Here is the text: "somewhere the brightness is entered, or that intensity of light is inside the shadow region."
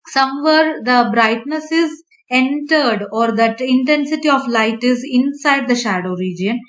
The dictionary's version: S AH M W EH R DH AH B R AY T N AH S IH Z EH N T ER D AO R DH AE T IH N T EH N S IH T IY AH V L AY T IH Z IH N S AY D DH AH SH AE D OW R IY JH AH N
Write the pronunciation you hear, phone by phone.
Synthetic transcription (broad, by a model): S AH M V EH R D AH B R AY T N AH S IH Z EH N T ER D AO R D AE T IH N T EH N S IH T IY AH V L AY T IH Z IH N S AY D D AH SH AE D OW R IY JH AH N